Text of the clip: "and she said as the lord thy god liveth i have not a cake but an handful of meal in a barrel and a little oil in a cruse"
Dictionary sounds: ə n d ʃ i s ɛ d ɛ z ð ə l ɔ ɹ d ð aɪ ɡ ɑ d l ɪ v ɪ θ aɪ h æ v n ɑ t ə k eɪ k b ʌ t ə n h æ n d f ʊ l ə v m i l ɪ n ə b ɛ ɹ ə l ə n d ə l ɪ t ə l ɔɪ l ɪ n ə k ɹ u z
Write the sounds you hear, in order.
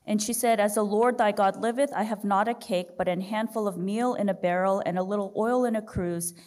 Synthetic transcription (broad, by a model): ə n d ʃ i s ɛ d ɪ z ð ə l ɔ ɹ d ð aɪ ɡ ɑ d l ɪ v ɪ θ aɪ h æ v n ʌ t ə k eɪ k b ʌ t ə n h æ n d f ʊ l ə v m i l ɪ n ə b ɛ ɹ l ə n ə l ɪ t l ɔɪ l ɪ n ə k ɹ u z